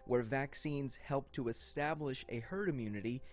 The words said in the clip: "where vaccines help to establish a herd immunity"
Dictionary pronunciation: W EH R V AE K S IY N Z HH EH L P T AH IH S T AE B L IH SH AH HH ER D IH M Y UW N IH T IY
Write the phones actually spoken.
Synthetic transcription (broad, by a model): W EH R V AE K S IY N Z HH EH L P T AH IH S T AE B L IH SH AH HH ER D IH M Y UW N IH T IY